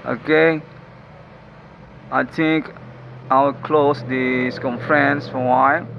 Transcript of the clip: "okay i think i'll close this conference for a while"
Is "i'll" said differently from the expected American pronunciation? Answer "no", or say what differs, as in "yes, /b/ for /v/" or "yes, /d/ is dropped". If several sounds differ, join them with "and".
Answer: yes, /w/ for /l/